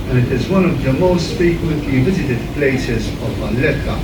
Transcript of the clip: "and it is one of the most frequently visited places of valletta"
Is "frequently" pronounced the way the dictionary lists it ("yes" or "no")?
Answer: no